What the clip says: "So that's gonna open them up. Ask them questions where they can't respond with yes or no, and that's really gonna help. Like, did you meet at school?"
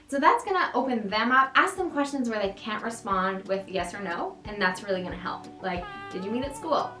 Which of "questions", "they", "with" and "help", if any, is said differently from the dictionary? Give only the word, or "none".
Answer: none